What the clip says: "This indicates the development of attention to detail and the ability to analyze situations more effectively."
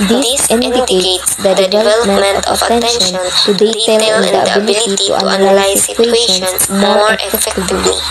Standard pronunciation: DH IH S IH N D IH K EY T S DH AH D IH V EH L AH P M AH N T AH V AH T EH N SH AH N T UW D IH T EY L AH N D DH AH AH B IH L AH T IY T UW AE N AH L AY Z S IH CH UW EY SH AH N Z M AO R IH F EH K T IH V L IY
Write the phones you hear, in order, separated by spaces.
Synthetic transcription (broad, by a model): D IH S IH N D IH K EY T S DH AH D IH V EH L AH P M AH N T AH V AH T EH N SH AH N T UW D IH T EY L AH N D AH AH B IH L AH T IY T UW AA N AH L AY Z S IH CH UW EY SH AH N M AO R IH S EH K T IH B L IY